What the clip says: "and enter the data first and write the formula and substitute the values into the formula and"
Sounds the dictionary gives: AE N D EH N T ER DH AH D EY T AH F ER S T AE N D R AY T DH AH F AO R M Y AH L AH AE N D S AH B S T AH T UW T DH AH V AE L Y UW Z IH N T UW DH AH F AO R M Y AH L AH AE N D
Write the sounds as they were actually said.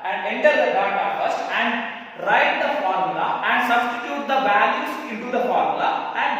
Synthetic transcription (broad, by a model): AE N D EH N T ER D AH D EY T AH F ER S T AE N D R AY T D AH F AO R M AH L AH AE N D S AH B S T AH T UW T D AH B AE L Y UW S IH N T UW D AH F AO R M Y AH L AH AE N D